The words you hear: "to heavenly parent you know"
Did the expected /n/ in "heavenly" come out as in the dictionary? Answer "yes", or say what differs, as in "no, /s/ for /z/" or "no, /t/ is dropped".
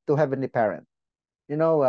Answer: yes